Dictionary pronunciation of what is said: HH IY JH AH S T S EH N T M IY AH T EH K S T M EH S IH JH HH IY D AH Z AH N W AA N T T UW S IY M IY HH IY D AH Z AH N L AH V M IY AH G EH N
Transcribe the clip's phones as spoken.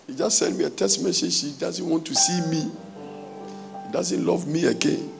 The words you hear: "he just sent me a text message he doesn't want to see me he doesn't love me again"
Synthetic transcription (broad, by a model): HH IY JH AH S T S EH N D M IY AH T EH S T M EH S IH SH IY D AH Z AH N W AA N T T UW S IY M IY HH IY D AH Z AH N L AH V M IY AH G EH N